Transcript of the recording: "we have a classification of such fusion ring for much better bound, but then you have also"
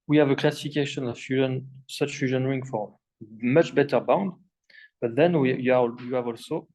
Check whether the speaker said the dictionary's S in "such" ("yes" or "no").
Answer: yes